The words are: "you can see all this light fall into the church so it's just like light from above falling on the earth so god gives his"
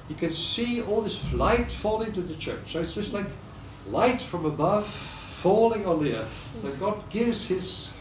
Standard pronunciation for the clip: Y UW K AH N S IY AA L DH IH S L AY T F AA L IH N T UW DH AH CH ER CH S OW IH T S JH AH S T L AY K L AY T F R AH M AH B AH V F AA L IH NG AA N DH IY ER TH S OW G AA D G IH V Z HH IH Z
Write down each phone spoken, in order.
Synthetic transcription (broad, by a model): Y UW K AH N S IY AA L DH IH S L AY T F AA L IH N T UW DH AH CH ER CH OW IH T S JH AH S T L AY K L AY T F R AH M AH B AH V F AA L IH NG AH N DH IY ER TH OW G AA D G IH V Z HH IH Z